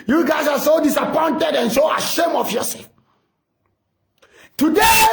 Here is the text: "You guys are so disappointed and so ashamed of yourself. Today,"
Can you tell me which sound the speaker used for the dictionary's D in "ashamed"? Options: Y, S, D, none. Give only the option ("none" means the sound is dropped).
none